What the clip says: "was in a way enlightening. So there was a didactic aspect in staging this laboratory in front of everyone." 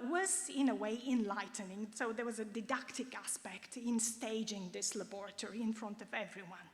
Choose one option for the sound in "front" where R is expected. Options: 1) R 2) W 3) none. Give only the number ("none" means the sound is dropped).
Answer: 1